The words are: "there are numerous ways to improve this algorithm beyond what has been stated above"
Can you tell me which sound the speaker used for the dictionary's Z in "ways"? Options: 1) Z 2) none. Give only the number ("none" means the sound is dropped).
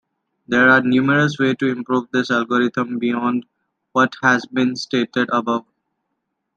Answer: 2